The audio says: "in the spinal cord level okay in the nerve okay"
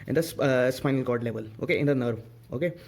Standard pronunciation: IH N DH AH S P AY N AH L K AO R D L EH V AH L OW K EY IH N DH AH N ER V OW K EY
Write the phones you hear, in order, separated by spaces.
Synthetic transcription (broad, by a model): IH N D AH S P AY N AH L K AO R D L EH V AH L OW K EY IH N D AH N ER V OW K EY